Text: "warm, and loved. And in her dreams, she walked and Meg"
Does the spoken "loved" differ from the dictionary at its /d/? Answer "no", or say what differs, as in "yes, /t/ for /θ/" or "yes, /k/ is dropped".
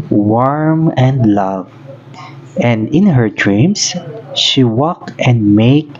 yes, /d/ is dropped